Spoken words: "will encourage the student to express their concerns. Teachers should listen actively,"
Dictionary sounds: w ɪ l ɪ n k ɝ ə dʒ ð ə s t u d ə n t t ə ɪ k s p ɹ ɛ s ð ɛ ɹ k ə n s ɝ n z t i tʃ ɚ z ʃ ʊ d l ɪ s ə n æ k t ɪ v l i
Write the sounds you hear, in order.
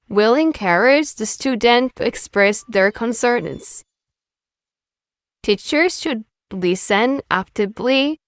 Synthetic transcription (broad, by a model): w ɪ l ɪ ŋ k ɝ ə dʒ ð ə s t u d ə n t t ɪ k s p ɹ ɛ s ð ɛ ɹ k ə n s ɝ n s t i tʃ ɚ z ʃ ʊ d l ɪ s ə n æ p t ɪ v l i